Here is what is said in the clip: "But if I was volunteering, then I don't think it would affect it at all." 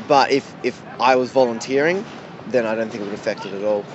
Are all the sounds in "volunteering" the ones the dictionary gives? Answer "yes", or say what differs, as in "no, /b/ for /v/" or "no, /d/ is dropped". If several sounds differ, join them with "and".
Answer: yes